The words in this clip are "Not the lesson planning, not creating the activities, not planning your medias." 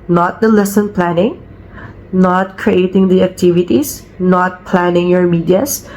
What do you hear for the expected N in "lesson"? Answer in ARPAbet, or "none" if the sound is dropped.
N